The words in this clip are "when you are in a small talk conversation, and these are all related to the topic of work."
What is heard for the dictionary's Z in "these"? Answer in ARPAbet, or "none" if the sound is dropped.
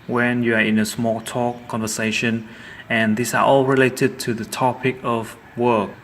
S